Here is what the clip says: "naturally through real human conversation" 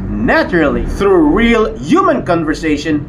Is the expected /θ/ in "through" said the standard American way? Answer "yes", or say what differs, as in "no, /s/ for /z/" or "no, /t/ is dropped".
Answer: yes